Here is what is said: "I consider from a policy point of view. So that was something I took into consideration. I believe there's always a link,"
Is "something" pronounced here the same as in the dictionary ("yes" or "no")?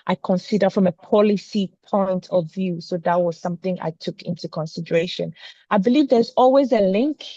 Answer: yes